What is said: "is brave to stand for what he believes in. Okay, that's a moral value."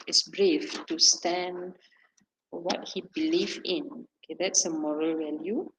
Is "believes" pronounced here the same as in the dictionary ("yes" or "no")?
no